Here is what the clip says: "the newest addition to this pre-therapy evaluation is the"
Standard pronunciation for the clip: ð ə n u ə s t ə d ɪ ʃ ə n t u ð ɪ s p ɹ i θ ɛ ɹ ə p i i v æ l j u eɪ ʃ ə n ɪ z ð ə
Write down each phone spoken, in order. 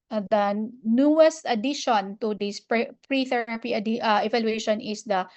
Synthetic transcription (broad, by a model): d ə n u ə s t ə d ɪ ʃ ə n t u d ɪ s p ɹ i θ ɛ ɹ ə p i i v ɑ l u eɪ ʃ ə n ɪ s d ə